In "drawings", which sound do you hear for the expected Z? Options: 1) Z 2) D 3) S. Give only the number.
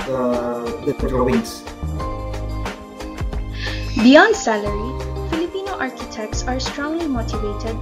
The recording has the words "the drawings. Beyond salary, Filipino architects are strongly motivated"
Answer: 3